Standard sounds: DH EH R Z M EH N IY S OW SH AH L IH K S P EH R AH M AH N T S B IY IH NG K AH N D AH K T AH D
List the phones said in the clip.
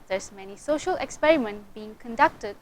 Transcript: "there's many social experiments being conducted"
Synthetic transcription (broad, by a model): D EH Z M EH N IY S OW SH AH L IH K S P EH R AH M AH N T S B IY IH NG K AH N D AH K T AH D